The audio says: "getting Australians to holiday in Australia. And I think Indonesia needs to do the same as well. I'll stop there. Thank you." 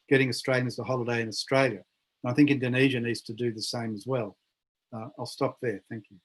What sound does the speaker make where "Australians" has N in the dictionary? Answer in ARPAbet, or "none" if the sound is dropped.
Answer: L